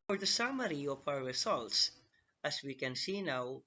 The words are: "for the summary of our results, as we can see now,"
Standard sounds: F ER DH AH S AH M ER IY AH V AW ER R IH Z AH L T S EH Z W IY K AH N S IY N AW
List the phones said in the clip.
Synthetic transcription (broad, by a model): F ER DH AH S AH M ER IY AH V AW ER R IH Z AH L T S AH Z W IY K AH N S IY N AW